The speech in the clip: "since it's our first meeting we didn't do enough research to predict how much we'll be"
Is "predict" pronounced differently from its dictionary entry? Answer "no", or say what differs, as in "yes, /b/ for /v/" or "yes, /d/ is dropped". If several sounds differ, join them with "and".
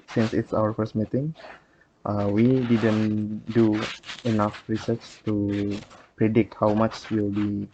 no